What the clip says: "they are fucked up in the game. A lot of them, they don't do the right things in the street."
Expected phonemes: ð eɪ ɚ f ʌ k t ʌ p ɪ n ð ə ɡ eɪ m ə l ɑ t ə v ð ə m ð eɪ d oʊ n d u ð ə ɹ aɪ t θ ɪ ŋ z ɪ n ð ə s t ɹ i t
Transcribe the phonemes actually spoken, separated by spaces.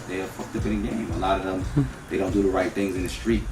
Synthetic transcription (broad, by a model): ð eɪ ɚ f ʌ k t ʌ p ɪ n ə ɡ eɪ m ə l ɑ t ə v ð ə m ð eɪ d oʊ n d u ð ə ɹ aɪ t θ ɪ ŋ z ɪ n ð ə s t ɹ i t